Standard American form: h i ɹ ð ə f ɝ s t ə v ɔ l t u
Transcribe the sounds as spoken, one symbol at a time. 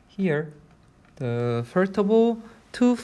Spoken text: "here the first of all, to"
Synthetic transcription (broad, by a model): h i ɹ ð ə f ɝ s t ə b ɔ l t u